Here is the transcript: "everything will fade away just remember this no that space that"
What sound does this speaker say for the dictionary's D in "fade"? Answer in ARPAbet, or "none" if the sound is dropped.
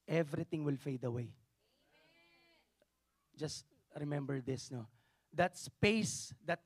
D